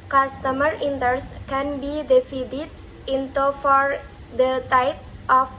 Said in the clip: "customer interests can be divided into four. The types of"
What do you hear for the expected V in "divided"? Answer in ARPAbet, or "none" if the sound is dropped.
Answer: F